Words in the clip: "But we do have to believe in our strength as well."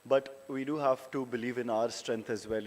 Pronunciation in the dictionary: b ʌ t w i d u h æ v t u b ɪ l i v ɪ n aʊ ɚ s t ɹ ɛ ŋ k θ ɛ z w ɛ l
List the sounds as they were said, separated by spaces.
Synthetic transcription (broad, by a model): b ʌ t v i d u h æ v t u b ɪ l i v ɪ n aʊ ɚ s t ɹ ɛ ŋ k t ɛ z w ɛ l